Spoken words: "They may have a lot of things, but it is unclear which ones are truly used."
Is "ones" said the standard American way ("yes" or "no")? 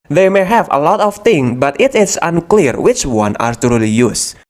no